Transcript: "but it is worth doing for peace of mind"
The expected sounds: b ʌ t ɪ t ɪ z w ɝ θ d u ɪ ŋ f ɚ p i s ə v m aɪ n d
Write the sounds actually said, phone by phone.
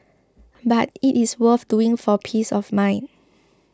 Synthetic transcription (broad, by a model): b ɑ t ɪ t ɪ s w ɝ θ d u ɪ ŋ f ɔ p i s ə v m aɪ n